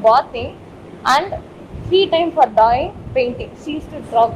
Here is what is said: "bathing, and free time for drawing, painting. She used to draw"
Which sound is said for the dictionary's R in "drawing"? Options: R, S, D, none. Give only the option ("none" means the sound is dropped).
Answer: none